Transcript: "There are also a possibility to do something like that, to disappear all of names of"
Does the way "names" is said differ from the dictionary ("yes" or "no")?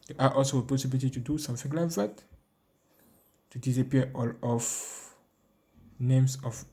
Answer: yes